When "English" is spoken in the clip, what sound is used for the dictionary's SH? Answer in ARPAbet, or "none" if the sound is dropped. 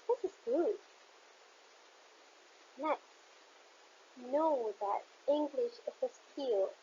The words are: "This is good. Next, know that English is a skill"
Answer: SH